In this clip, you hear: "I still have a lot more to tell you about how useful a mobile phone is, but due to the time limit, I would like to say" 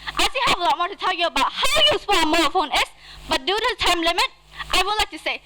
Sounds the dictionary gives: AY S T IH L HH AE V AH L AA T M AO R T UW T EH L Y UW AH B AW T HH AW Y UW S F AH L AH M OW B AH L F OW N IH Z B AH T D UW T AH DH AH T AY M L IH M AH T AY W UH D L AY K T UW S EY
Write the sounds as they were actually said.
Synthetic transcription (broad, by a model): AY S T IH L HH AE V AH L AA T M AO R T UW T EH L Y UW AH B AW T HH AW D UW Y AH W AH M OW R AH F OW N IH S B AH T D UW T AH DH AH T AY M L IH M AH T AY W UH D L AY K T UW S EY